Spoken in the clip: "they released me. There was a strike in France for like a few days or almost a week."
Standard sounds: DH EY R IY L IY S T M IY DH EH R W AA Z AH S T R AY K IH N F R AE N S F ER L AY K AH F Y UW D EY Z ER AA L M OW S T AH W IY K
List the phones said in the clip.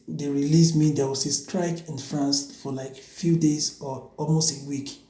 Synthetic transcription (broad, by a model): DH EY R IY L IY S M IY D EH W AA S AH S T R AY K IH N F R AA N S F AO L AY K F Y UW D EY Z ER AA L M OW S T AH W IY K